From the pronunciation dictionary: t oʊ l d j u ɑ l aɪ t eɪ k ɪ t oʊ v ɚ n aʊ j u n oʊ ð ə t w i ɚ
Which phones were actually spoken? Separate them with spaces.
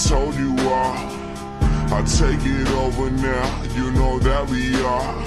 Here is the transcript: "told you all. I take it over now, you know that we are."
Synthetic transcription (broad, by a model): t oʊ l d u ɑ aɪ t eɪ k ɪ t oʊ v ɚ n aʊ j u n oʊ ð ə t w i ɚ